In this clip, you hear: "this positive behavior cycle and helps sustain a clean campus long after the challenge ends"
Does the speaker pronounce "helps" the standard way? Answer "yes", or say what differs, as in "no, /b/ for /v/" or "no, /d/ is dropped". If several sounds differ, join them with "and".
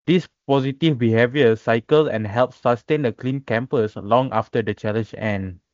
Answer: yes